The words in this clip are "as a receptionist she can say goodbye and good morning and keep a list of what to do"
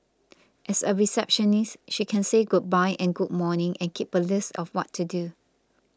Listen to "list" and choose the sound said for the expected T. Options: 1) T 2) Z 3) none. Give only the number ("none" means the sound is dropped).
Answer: 1